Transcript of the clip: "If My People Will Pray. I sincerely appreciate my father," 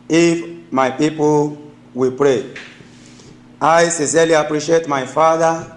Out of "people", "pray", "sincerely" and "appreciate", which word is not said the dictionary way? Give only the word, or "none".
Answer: sincerely